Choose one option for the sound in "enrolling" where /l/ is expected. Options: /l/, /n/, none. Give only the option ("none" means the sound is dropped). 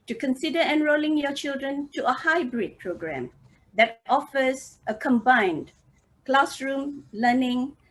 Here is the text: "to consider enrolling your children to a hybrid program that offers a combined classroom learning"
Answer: /l/